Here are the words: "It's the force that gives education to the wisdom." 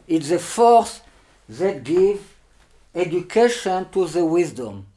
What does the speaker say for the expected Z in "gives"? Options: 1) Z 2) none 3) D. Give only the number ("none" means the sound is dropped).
2